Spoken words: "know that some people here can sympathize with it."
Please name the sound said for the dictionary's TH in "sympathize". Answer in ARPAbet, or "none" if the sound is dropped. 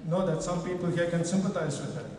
T